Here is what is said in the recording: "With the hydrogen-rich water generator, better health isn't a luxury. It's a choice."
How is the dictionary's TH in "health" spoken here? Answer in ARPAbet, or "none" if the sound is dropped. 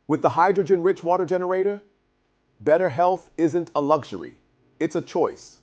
TH